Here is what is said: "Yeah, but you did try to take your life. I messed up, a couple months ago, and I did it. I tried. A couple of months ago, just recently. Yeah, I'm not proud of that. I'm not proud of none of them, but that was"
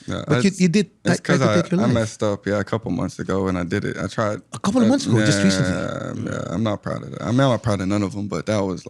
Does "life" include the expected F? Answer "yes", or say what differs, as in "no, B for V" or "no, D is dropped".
no, F is dropped